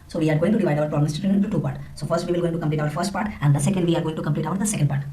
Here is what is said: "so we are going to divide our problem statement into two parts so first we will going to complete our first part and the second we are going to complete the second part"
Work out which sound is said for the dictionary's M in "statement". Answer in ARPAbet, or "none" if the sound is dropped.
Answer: none